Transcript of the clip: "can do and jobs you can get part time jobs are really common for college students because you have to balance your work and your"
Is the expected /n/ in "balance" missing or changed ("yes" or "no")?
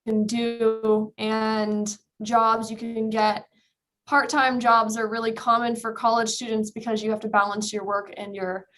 no